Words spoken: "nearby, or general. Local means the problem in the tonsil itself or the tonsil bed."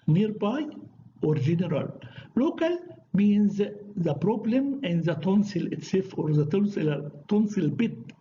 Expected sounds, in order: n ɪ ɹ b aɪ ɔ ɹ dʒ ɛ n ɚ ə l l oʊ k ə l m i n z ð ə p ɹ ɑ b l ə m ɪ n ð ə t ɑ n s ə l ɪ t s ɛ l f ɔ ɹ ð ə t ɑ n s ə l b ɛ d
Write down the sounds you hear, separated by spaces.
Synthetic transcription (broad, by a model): n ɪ ɹ b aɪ ɔ ɹ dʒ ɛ n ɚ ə l l oʊ k ə l m i n z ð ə p ɹ ɑ b l ə m ɪ n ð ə t ɑ n s ə l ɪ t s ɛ f ɔ ɹ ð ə t ɑ n s ə l b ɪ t